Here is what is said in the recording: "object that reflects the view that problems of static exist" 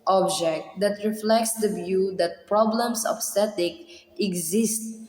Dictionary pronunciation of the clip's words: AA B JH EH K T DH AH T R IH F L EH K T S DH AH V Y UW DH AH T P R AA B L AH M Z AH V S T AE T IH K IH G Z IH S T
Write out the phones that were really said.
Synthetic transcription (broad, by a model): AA B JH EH K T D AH T R IH F L EH K T S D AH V Y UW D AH T P R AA B L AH M S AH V S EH T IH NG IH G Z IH S T